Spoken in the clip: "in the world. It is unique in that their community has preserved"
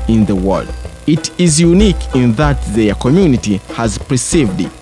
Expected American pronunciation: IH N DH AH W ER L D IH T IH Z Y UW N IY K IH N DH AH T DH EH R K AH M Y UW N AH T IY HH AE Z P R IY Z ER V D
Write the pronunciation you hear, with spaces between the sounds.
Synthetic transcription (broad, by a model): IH N DH AH W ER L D IH T IH Z Y UW N IY K IH N DH AH T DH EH K AH M Y UW N AH T IY HH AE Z P R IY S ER V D